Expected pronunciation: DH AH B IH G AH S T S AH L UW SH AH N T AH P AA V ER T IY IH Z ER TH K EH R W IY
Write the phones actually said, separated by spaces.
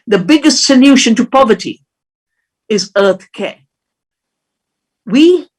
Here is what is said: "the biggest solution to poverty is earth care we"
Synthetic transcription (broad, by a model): DH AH B IH G AH S T S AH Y UW SH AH N T AH P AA V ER T IY IH Z ER TH K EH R W IY